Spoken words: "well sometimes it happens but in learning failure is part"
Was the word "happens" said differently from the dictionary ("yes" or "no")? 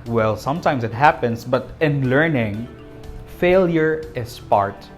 yes